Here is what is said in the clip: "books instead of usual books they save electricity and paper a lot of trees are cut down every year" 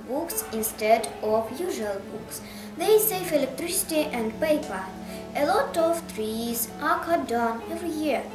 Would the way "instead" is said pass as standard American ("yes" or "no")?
yes